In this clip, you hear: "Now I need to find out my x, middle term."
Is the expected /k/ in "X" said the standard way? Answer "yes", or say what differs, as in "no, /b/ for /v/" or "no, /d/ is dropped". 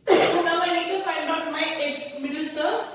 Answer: no, /k/ is dropped